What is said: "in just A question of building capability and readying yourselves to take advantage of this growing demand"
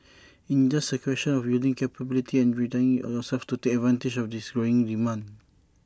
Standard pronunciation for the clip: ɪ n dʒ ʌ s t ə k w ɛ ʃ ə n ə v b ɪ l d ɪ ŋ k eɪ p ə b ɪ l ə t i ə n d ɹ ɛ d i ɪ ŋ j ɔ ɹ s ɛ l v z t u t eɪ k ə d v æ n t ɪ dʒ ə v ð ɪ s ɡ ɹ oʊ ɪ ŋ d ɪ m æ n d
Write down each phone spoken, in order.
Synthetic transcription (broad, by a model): ɪ n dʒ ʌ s ə k w ɛ ʃ ə n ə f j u l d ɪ ŋ k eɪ p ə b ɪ l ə t i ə n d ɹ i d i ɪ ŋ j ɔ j s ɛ l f t u t eɪ k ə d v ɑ n t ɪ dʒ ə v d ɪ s ɡ ɹ oʊ ɪ ŋ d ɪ m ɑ n